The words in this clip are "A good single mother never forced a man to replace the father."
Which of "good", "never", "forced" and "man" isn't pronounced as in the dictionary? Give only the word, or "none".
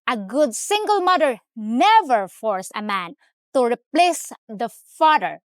forced